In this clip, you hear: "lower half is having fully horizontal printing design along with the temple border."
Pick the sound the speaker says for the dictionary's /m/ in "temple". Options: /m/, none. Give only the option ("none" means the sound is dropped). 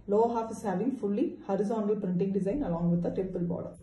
none